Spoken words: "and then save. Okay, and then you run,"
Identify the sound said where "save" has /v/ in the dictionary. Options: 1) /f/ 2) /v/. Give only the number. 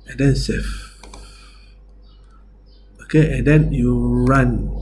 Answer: 1